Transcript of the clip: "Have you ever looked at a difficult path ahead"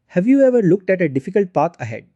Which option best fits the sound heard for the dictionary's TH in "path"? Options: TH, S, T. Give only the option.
T